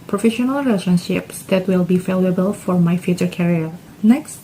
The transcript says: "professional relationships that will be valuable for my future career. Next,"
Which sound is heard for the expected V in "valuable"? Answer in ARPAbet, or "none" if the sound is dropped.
F